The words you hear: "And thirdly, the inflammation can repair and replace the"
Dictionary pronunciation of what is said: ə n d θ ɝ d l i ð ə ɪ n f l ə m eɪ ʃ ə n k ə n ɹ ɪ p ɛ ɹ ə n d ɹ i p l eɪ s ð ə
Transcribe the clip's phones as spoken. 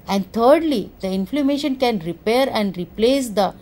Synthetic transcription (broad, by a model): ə n d t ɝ d l i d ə ɪ n f l ə m eɪ ʃ ə n k ə n ɹ ɪ p ɛ ɹ ə n d ɹ i p l eɪ s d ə